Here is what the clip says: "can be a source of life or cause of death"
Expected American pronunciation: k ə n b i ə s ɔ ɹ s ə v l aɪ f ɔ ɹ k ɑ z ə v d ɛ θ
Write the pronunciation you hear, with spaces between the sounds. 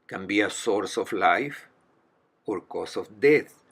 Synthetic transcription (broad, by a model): k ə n b i ə s ɔ ɹ s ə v l aɪ f ɔ ɹ k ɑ s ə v d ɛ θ